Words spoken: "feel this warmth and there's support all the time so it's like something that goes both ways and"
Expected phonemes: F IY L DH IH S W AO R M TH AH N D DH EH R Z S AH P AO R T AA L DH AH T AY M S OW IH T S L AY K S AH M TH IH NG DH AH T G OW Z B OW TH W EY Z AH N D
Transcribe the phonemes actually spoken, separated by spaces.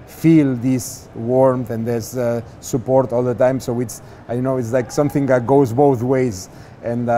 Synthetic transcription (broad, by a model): F IY L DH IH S W AO R M TH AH N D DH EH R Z S AH P AO R T AA L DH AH T AY M S OW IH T S L AY K S AH M TH IH NG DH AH T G OW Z B OW TH W EY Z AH N